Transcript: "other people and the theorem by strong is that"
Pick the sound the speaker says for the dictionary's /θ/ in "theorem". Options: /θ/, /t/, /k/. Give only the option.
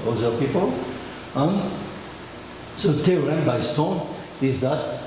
/t/